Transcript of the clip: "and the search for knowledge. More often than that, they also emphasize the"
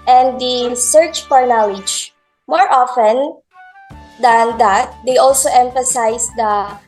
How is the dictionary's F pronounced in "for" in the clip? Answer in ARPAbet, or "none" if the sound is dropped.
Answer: P